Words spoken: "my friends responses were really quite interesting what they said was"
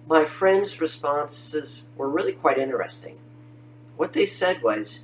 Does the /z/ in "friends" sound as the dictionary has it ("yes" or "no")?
yes